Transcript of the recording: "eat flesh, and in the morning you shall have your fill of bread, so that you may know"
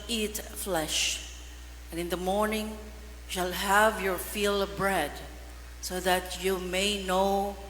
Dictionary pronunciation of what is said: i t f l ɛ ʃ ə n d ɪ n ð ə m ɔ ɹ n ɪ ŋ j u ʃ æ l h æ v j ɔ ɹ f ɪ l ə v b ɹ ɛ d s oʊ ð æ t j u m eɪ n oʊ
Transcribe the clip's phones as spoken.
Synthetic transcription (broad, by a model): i t f l ɛ ʃ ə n ɪ n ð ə m ɔ ɹ n ɪ ŋ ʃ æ l h æ v j ɔ ɹ f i l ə b ɹ ɛ d s oʊ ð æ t j u m eɪ n oʊ